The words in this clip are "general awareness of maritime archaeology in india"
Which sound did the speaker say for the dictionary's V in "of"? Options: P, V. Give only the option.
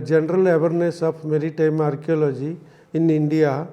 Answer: P